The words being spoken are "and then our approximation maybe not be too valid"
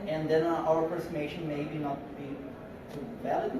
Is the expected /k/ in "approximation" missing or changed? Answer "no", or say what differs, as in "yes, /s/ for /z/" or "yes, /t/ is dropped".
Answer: yes, /k/ is dropped